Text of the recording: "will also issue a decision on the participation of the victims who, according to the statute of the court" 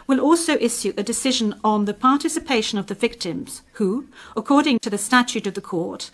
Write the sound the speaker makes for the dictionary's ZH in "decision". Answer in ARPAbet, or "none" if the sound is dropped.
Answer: ZH